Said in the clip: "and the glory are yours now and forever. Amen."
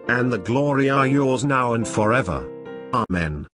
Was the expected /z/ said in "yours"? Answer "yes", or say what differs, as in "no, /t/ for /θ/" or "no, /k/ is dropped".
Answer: yes